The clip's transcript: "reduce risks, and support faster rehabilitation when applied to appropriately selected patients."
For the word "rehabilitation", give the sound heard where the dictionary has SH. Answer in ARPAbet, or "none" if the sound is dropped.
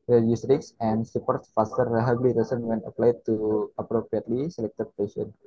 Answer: S